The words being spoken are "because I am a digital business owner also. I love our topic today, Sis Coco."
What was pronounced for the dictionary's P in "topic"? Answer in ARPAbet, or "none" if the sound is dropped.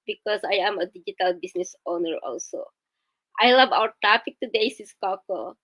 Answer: F